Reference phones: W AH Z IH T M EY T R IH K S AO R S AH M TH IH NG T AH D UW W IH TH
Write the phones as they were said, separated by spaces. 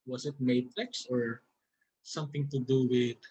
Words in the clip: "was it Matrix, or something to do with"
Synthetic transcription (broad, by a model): W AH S IH T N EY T L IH K S AO R S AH M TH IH NG T AH D UW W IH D